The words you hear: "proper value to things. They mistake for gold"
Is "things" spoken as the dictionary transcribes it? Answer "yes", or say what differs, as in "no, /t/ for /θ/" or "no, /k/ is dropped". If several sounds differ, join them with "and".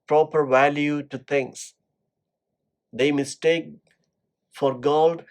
no, /t/ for /θ/